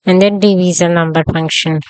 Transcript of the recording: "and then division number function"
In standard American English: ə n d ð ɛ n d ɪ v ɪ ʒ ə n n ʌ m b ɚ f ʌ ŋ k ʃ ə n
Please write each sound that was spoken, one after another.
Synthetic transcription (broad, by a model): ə n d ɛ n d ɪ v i z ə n n ʌ m b ɚ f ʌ ŋ k ʃ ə n